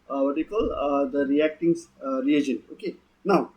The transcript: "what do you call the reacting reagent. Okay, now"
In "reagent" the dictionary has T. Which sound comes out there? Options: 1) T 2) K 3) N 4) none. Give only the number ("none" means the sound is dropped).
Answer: 4